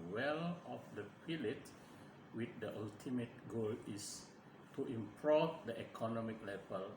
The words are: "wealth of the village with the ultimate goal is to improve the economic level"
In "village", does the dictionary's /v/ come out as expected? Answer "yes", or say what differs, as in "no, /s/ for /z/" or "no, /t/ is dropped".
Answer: no, /p/ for /v/